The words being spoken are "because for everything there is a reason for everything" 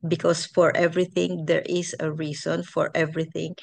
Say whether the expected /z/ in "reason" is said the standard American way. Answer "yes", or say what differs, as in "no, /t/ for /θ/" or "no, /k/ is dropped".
no, /s/ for /z/